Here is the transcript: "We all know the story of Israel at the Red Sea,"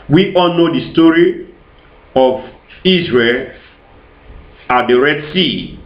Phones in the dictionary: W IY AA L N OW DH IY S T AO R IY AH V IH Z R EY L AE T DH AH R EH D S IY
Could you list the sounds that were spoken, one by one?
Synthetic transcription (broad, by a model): W IY AA L N OW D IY S T AO R IY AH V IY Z R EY L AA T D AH R EH D S IY